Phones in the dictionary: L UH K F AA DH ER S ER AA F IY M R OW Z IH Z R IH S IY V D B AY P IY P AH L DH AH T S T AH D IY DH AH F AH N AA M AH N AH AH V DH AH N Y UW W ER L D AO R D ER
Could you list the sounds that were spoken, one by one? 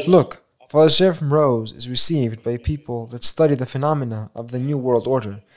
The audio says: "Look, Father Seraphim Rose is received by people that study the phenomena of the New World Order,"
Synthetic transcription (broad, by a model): L UH K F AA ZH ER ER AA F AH M R OW Z IH Z R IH S IY V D B AY P IY P AH L DH AH T S T AH D IY DH AH F AH N AA M AH N AH AH V DH AH N Y UW W ER L D AO R D ER